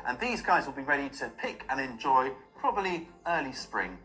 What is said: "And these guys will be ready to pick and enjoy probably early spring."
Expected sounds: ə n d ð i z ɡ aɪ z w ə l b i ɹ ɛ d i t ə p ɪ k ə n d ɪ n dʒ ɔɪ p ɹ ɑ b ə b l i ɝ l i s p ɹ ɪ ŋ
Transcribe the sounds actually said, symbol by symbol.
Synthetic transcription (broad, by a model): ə n ð i z ɡ aɪ z w ə l b i ɹ ɛ d i t ə p ɪ k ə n ɪ n dʒ ɔɪ p ɹ ɑ b ə b l i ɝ l i s p ɹ ɪ ŋ